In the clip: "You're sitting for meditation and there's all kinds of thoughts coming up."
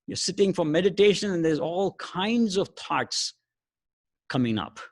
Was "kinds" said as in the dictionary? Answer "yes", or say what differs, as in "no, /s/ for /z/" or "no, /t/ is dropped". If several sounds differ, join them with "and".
yes